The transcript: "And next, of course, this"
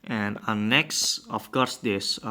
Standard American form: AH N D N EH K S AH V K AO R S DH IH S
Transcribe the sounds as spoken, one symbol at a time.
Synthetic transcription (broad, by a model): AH N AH N EH K S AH F K AO R S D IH S